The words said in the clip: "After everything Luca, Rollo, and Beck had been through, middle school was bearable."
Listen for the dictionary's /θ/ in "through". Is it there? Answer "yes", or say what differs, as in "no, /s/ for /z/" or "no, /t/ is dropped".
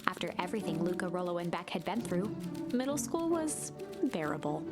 yes